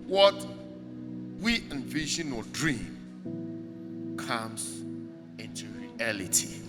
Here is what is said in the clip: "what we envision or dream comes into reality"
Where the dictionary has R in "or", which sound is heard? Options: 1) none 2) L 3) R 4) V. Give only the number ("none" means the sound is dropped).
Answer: 2